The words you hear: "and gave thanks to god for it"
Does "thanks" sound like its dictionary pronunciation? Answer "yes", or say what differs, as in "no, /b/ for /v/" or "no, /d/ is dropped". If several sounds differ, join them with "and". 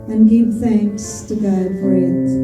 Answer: yes